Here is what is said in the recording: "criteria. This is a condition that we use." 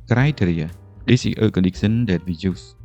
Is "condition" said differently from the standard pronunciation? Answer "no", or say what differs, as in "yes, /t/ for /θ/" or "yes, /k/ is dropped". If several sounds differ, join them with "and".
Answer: yes, /s/ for /ʃ/